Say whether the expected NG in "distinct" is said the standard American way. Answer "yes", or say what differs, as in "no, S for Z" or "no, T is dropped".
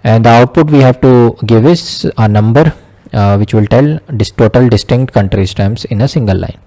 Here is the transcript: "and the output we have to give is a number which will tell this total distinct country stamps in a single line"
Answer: yes